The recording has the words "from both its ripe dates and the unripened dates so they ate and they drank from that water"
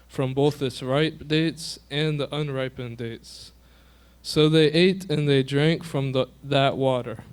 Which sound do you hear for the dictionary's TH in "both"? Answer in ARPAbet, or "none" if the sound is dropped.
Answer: TH